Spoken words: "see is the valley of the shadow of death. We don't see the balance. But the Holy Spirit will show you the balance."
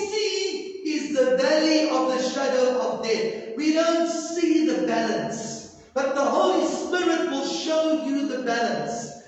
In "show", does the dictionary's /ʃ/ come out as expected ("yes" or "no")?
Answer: yes